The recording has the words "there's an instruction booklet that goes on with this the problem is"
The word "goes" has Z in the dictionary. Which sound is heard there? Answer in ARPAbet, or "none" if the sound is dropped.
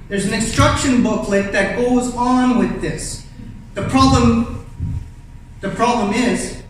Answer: Z